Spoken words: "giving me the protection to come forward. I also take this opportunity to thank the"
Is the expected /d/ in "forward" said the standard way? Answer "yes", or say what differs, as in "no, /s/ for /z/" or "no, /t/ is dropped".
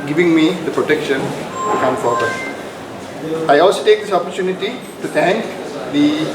no, /d/ is dropped